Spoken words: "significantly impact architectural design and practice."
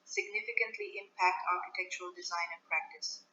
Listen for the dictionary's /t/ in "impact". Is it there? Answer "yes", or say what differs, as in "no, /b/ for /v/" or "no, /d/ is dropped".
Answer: yes